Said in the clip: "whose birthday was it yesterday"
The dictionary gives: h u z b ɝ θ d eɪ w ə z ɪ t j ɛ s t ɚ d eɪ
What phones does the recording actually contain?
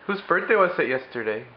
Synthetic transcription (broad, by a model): h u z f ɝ s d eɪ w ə s ɪ t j ɛ s t ɚ d eɪ